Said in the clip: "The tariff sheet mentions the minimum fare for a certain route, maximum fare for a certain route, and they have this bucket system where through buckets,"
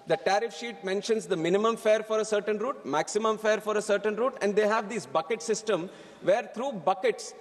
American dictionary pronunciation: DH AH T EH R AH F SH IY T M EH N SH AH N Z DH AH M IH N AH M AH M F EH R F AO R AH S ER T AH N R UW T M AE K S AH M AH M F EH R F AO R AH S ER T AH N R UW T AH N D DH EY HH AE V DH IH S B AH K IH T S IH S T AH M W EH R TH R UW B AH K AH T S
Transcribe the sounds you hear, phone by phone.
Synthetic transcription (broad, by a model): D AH T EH R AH F SH IY T M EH N SH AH N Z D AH M IH N AH M AH M F EH R F AO R AH S ER T AH N R UW T M AE K S AH M AH M F EH R F AO R AH S ER T AH N R UW T AH N D EY HH AE V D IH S B AH K IH T S IH S T AH M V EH R T R UW B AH K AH T S